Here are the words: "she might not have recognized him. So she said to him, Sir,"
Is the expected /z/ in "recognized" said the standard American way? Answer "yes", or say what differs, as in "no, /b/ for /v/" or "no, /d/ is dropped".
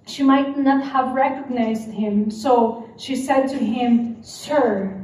yes